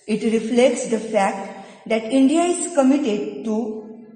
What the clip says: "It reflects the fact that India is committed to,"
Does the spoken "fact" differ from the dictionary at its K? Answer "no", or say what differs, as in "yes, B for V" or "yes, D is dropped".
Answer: no